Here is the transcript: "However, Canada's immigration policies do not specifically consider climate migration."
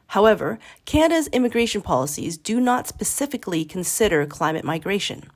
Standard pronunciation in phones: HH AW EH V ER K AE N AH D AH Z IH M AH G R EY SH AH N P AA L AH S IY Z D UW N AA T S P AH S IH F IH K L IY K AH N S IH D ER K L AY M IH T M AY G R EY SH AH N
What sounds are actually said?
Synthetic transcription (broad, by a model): HH AW EH V ER K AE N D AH Z IH M AH G R EY SH AH N P AA L AH S IY Z D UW N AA T S P AH S IH F IH K L IY K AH N S IH D ER K L AY M IH T M AY G R EY SH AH N